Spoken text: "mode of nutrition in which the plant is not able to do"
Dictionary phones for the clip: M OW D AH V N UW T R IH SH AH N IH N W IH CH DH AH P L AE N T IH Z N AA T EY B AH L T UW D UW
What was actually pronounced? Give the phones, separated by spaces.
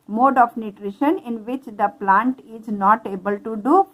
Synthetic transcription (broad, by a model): M OW D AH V N UW T R IH SH AH N IH N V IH CH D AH P L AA N T IH Z N AA T EY B AH L T UW D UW